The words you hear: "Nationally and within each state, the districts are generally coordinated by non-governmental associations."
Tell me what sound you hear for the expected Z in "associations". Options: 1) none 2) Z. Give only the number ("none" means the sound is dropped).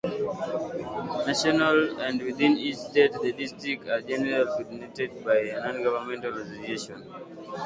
1